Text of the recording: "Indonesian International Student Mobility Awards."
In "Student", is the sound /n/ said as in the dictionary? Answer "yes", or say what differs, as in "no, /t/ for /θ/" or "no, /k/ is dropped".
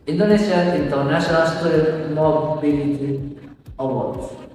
no, /n/ is dropped